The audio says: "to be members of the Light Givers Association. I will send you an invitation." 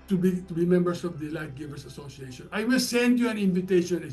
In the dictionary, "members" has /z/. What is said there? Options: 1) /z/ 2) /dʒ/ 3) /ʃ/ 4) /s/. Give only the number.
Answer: 4